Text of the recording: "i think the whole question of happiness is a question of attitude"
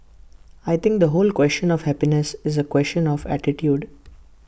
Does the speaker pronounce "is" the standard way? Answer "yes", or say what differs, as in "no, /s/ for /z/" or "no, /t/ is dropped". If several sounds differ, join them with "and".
yes